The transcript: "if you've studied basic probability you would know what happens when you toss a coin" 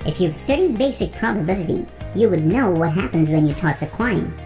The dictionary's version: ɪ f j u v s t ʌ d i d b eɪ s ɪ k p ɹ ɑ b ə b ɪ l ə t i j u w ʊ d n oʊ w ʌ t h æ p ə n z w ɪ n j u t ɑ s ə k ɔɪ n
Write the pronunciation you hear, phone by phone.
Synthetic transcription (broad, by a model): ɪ f j u v s t ʌ d i d b eɪ s ɪ k p ɹ ɑ b ə b ɪ l ə t i j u w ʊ d n oʊ w ʌ t h æ p ə n z w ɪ n j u t ɑ s ə k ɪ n